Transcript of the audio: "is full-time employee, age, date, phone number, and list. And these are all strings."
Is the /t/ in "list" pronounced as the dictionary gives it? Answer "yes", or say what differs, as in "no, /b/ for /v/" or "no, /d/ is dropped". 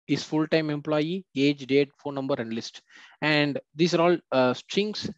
yes